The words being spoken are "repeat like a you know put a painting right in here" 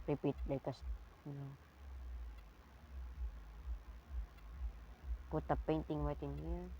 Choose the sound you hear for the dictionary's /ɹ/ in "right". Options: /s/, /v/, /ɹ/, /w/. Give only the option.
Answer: /w/